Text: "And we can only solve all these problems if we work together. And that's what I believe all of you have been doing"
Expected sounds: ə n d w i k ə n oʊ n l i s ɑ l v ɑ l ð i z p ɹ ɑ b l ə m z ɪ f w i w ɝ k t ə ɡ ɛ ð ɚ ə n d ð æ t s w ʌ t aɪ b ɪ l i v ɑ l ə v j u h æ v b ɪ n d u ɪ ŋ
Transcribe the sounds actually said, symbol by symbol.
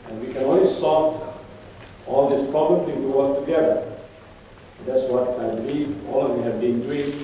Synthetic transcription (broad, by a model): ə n w i k ə n oʊ n l i s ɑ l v ɑ l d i s p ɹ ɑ b l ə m ɪ p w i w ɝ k t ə ɡ ɛ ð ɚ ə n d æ t s w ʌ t aɪ b ɪ l i v ɑ l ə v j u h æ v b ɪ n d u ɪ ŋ